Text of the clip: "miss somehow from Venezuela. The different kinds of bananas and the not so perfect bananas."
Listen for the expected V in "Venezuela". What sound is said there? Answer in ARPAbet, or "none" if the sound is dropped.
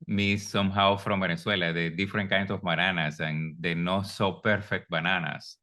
B